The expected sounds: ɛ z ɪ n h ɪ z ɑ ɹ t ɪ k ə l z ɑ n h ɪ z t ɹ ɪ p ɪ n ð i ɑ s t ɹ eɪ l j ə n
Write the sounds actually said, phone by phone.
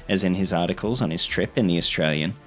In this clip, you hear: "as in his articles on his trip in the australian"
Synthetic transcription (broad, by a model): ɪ z ɪ n ɪ z ɑ ɹ t ɪ k ə l z n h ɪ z t ɹ ɪ p ɪ n ð i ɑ s t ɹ eɪ l j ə n